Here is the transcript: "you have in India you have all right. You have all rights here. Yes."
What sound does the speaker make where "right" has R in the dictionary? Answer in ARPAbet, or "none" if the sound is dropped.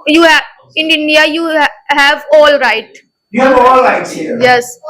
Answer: R